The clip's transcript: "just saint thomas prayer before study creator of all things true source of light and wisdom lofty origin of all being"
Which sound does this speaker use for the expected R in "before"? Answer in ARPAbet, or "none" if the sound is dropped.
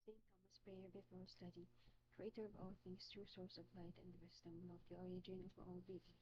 L